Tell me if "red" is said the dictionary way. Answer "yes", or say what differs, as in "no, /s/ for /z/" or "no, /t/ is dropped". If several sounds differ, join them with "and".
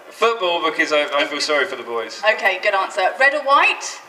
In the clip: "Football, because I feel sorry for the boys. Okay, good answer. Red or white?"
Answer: yes